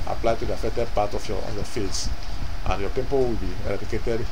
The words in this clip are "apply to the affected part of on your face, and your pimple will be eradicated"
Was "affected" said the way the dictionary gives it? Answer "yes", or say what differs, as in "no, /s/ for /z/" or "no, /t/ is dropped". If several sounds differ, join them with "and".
no, /k/ is dropped